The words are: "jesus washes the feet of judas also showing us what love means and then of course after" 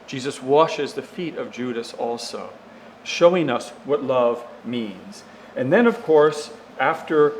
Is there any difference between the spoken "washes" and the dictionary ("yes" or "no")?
no